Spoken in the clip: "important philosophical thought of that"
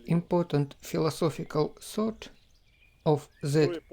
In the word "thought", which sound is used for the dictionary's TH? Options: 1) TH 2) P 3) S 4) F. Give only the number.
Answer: 3